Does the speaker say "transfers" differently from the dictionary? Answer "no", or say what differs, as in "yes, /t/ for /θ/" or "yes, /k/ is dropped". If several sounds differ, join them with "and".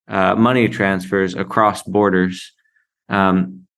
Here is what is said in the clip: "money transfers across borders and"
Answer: no